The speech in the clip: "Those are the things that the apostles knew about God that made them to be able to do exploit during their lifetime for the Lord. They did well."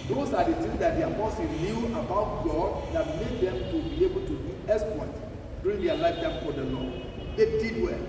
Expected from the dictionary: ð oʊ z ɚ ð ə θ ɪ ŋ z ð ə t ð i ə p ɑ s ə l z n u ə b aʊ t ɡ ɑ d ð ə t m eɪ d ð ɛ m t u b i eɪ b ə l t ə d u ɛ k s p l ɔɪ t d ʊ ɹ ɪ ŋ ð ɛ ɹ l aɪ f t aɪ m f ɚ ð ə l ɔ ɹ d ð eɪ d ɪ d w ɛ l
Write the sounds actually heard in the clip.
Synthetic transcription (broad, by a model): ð oʊ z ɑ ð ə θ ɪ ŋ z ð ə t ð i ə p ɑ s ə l n u ə b aʊ t ɡ ɑ d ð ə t m eɪ d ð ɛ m t u b i eɪ b ə l t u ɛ s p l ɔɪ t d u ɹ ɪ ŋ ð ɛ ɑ l aɪ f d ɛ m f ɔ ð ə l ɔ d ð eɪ d ɪ d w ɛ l